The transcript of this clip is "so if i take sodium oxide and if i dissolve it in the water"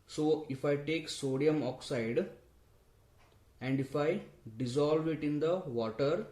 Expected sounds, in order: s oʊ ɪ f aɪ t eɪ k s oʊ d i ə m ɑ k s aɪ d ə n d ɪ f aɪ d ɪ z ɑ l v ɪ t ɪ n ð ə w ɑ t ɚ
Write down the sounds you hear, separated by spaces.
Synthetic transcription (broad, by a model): s oʊ ɪ f aɪ t eɪ k s oʊ d i ə m ɑ k s aɪ d ə n d ɪ f aɪ d ɪ z ɑ l v ɪ t ɪ n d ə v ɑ t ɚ